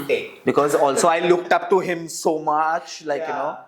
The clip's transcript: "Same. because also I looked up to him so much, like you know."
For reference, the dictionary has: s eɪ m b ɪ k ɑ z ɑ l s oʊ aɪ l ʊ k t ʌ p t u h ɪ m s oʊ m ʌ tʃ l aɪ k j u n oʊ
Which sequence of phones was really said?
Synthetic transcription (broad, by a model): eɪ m b ɪ k ɑ z ɑ l s oʊ aɪ l ʊ k t ʌ p t u h ɪ m s oʊ m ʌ tʃ l aɪ k j u n oʊ